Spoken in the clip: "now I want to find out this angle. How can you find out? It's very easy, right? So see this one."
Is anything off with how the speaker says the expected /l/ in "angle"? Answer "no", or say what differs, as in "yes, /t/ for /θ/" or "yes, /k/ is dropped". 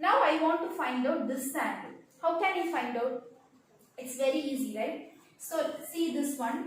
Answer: yes, /n/ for /l/